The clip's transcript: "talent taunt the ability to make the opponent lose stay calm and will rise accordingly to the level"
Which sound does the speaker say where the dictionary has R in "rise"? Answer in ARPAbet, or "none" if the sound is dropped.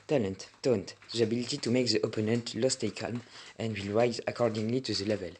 R